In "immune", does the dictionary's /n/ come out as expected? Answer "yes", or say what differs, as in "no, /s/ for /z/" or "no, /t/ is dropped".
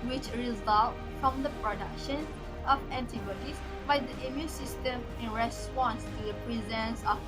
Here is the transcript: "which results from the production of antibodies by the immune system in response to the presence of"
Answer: yes